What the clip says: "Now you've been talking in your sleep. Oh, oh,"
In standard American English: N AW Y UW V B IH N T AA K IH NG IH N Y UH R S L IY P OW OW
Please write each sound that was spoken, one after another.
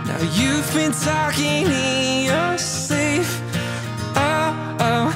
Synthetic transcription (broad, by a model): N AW Y UW V B IH N T AA K IH NG IH N Y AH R S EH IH F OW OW